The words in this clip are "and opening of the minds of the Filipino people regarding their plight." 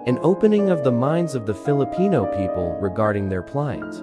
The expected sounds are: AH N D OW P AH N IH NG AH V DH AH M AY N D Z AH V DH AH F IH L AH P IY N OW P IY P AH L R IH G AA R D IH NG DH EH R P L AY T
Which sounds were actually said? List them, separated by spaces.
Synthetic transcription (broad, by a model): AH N OW P AH N IH NG AH V DH AH M AY N D Z AH V DH AH F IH L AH P IY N OW P IY P AH L R IH G AA R D IH NG DH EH R P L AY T